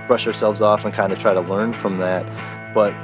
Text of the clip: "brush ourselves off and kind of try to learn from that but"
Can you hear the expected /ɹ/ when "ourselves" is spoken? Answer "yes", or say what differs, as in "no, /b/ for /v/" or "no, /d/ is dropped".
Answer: yes